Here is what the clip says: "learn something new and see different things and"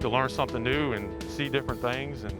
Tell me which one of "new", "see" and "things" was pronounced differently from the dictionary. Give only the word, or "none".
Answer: none